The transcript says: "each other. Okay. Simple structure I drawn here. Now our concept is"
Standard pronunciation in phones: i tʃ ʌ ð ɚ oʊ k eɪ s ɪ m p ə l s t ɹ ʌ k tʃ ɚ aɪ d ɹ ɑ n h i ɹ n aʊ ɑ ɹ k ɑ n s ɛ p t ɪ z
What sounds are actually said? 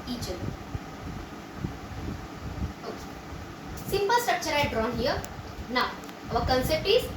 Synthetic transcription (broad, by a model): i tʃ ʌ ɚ oʊ k eɪ s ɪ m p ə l s t ɹ ʌ k tʃ ɚ aɪ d ɹ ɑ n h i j n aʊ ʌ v k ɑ n s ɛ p t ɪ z